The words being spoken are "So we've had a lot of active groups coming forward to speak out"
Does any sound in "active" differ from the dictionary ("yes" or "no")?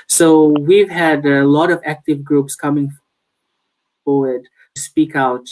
no